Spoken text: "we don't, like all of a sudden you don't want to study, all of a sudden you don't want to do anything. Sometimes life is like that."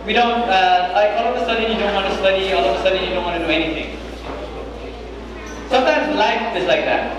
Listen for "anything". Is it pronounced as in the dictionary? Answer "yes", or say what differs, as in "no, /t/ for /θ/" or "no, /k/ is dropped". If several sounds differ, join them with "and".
no, /t/ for /θ/